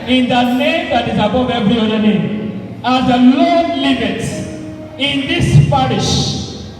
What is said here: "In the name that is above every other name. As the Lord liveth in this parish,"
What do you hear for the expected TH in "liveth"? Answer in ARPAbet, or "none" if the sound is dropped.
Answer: T